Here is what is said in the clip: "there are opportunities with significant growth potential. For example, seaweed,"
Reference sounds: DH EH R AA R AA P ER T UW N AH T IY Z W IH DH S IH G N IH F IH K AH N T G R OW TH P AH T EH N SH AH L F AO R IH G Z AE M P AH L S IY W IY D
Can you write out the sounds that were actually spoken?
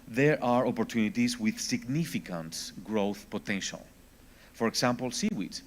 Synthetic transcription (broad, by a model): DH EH R AA R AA P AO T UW N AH T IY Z W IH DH S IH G N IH F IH K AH N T G R OW TH P AH T EH N SH AH L F AO R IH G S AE M P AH L S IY W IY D